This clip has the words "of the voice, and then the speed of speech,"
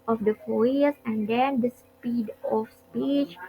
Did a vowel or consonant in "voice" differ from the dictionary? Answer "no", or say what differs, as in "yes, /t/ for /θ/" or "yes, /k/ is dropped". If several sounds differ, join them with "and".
yes, /f/ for /v/